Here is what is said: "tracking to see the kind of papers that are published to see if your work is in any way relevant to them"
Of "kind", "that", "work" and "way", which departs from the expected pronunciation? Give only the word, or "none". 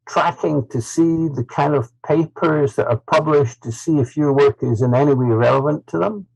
none